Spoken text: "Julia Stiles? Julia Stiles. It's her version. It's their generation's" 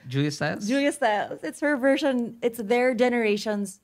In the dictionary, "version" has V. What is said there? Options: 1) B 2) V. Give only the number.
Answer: 2